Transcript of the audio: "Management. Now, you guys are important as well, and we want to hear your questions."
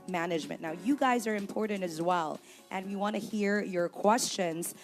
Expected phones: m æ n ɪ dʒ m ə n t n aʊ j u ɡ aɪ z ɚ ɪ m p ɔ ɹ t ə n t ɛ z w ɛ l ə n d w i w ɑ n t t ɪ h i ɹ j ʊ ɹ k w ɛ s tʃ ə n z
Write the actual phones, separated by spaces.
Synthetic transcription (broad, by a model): m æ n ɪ dʒ m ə n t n aʊ j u ɡ aɪ z ɚ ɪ m p ɔ ɹ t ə n t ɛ z w ɛ l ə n w i w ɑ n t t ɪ h i ɹ j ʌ ɹ k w ɛ s tʃ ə n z